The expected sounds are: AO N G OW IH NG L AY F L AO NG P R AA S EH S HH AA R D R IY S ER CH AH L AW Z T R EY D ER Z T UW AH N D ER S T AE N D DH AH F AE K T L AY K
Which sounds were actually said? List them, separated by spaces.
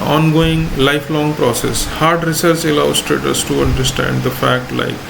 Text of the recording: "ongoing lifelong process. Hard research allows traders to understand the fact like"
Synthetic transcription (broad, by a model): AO N G OW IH NG L AY F L AO NG P R AA S EH S HH AA R D R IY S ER S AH L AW S T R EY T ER S T UW AH N D ER S T AE N D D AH F AE K T L AY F